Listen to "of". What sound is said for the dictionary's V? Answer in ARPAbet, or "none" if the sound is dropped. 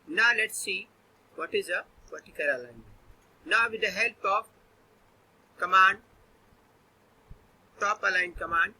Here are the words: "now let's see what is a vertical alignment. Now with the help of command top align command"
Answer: P